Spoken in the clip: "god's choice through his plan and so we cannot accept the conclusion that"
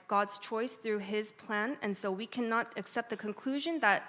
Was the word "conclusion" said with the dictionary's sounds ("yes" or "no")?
yes